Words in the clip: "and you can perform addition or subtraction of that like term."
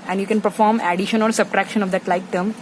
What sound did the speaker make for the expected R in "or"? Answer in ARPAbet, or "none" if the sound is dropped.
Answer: L